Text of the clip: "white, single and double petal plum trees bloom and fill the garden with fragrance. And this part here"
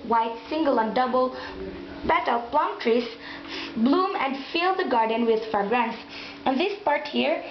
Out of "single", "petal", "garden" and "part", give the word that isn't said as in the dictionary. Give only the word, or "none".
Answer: petal